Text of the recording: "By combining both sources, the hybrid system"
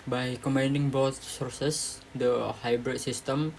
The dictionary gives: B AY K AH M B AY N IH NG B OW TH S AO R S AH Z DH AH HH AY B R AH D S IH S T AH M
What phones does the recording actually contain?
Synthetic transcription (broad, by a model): B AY K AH M AY N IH NG B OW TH S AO R S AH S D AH HH AY B R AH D S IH S T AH M